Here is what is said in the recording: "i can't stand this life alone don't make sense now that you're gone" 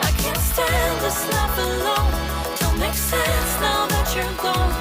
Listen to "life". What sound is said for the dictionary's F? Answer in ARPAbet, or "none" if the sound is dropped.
P